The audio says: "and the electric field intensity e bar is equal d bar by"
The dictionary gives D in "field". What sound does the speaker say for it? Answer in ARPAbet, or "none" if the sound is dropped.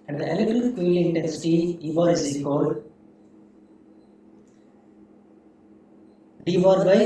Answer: none